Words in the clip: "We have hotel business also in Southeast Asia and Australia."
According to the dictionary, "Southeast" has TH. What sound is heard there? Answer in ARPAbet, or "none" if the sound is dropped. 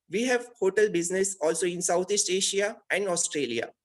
T